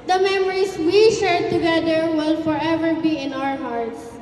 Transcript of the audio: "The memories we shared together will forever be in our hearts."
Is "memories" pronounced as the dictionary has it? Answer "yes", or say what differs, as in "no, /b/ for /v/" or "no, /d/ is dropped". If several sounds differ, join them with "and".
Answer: no, /s/ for /z/